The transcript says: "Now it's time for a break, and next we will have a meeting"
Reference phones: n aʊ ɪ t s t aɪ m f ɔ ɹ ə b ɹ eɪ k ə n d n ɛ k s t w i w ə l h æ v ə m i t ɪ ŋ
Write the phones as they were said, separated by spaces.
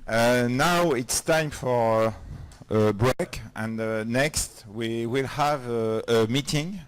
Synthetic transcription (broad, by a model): n aʊ ɪ t s t aɪ m f ɔ ɹ ə b ɹ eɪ k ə n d n ɛ k s t w i w ə l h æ v ə m i t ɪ ŋ